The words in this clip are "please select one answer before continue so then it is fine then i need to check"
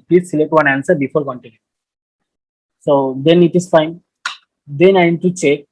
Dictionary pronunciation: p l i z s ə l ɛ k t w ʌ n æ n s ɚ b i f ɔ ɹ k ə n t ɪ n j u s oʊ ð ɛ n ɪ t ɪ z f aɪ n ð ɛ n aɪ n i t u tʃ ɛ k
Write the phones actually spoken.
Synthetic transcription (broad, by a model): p l i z s ə l ɛ k t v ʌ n æ n s ɚ b i f ɔ ɹ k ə n t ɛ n s oʊ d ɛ n ɪ t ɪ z f aɪ n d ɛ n aɪ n t u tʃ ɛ k